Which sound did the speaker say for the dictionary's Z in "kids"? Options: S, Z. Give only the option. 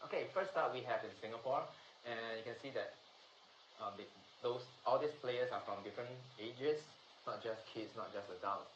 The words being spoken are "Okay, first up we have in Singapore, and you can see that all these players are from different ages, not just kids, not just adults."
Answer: S